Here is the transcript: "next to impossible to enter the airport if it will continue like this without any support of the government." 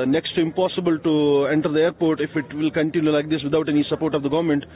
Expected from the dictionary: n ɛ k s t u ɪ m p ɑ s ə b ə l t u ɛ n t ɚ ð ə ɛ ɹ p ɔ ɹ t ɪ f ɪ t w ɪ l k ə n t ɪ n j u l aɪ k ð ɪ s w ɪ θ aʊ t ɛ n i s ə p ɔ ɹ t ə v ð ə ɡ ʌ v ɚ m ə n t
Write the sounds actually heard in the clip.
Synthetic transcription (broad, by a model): n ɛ k s t u ɪ m p ɑ s ə b ə l t u ɛ n t ɚ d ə ɛ ɹ p ɔ ɹ t ɪ f ɪ t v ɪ l k ə n t ɪ n j u l aɪ k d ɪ s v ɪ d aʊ t ɛ n i s ə p ɔ ɹ t ə v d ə ɡ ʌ v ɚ m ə n t